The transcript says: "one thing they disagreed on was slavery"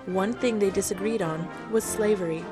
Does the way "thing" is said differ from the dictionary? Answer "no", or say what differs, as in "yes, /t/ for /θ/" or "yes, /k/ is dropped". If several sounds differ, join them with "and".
no